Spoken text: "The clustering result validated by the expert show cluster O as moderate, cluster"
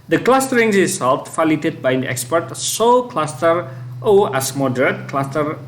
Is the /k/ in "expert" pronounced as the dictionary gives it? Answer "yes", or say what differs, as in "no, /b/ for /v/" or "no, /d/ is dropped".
yes